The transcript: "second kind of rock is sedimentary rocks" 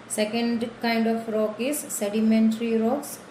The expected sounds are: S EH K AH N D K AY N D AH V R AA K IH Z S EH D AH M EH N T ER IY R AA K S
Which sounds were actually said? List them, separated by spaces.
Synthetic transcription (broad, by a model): S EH K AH N D K AY N D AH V R AA K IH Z S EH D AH M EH N T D IY R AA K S